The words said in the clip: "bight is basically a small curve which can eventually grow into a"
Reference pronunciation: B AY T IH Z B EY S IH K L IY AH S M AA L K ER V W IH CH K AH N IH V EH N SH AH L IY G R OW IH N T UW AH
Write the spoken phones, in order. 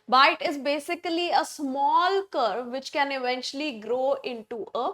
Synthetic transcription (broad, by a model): B AY T IH Z B EY S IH K L IY AH S M AA L K ER V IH CH K AH N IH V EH N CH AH L IY G R OW IH N T UW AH